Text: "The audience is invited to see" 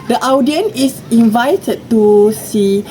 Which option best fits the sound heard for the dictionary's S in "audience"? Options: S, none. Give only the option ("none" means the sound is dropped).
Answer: none